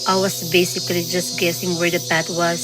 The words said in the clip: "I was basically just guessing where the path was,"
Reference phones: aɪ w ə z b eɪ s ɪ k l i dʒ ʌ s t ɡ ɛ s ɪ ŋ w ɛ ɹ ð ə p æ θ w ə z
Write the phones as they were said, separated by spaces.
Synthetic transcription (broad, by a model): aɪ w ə s b eɪ s ɪ k l i dʒ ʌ s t ɡ ɛ s ɪ ŋ w ɛ ɹ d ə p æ t w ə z